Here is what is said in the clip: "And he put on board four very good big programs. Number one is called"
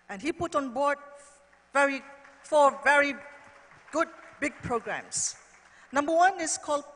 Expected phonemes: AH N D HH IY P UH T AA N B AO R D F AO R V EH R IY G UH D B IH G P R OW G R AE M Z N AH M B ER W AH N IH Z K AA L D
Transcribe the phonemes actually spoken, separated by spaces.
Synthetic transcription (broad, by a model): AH N HH IY P UH T AA N B AO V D F AO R V EH R IY G UH D B IH G P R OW G R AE M S N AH M B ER W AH N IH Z K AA L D